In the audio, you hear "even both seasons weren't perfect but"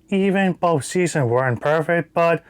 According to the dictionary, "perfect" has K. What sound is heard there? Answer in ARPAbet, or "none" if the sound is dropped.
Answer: K